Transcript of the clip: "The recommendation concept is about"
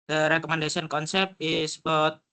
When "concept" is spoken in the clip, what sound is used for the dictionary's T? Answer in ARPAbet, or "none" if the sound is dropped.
none